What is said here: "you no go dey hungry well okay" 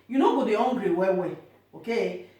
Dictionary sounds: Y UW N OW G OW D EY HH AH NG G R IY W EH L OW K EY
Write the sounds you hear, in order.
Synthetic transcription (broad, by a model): Y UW N OW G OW D EY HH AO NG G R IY W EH W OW K EY